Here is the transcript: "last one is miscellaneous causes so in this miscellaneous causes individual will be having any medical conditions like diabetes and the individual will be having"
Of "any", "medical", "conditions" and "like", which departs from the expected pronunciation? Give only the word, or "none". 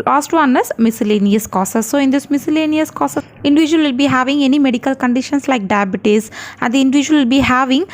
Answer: conditions